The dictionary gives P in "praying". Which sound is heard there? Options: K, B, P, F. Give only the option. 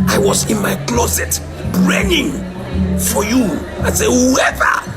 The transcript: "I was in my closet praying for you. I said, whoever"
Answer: B